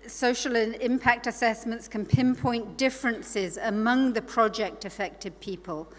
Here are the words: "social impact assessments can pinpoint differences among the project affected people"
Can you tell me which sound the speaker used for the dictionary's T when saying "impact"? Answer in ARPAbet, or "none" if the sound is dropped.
T